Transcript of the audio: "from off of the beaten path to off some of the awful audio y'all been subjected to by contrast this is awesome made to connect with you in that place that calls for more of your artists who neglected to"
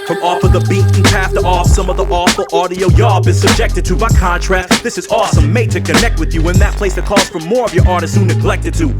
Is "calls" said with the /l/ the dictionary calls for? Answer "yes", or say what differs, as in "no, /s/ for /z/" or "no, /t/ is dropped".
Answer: no, /l/ is dropped